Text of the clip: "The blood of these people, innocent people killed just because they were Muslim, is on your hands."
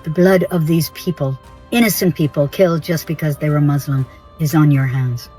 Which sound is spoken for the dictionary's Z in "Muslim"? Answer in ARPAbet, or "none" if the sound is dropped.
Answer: Z